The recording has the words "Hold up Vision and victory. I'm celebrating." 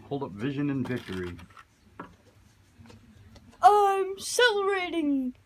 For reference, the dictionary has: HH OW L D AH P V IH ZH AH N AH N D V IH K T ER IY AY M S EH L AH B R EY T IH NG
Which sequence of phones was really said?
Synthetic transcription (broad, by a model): HH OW L D AH P V IH ZH AH N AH N V IH K T ER IY AY M S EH L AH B R EY T IH NG